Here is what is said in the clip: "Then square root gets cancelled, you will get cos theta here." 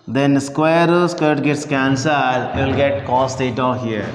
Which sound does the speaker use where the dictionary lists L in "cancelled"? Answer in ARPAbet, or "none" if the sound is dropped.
none